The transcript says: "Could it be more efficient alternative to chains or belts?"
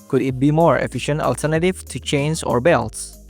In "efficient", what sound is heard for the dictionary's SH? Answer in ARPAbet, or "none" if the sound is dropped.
SH